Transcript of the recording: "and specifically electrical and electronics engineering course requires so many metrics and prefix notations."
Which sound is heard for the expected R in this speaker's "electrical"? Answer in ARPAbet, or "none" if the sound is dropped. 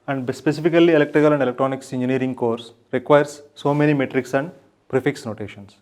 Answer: R